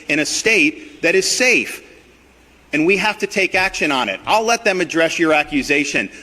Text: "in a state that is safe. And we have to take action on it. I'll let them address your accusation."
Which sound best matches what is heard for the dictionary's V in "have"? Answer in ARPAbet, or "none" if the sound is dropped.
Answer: F